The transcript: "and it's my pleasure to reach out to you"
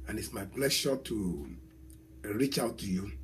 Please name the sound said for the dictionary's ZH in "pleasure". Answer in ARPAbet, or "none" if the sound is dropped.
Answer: SH